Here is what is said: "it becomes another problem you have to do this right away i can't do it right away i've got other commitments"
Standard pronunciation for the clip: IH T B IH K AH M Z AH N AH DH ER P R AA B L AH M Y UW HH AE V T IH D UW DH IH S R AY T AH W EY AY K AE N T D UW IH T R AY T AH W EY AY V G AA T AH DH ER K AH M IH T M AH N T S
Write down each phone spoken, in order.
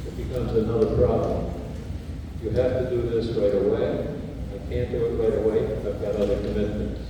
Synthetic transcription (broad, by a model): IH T B IH K AH M Z AH N AH DH ER P R AA B L AH M Y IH HH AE F T IH D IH DH IH S R AY T AH W EY AY K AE N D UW IH T R AY T AH W EY AY V G AA T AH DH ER K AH M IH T M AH N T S